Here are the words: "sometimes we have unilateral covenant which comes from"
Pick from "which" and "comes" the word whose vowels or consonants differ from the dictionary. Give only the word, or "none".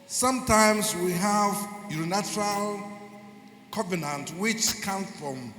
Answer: comes